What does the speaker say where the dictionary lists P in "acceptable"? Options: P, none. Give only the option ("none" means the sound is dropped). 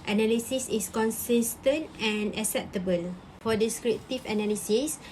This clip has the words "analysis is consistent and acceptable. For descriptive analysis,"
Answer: P